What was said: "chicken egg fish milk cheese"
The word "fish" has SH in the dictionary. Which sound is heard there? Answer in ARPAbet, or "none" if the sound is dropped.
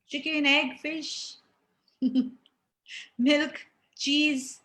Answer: SH